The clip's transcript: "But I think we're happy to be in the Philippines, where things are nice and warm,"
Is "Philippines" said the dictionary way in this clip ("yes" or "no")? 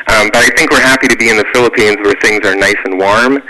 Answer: yes